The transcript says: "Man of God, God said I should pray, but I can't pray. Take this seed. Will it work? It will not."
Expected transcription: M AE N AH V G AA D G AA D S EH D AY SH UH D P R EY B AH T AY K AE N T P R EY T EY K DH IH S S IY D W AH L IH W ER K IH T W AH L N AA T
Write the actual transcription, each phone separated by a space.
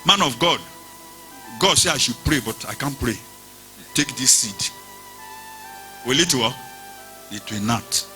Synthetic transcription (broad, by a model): M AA N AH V G AA D G AA D S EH AY SH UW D P R EY B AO T AY K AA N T P R EY T EY K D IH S S IY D W AH L IH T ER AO IH T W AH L N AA T